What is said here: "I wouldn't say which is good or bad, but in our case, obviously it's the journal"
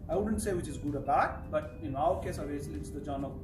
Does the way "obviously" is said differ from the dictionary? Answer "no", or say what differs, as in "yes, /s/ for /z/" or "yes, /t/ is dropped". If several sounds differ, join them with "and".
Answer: yes, /b/ is dropped